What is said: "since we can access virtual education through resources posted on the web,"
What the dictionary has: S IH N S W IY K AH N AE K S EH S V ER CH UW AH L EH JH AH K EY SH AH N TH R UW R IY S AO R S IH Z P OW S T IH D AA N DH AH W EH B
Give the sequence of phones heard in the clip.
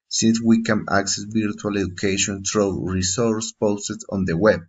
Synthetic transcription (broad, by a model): S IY N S W IY K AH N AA K S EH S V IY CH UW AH L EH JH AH K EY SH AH N T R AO R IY S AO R S P OW S T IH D AA N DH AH W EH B